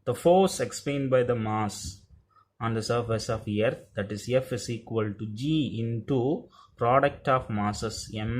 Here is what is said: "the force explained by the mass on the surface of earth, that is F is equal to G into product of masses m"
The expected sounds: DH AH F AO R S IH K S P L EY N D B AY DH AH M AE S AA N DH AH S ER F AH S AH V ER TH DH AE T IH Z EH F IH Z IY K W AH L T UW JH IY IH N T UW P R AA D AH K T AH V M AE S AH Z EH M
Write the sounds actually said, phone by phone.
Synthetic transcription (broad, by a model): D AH F AO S IH K S P L EY N D B AY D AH M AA S AA N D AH S ER F AH S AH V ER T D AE T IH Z EH F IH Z IY K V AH L T UW JH IY IH N T UW P R AA D AH K T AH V M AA S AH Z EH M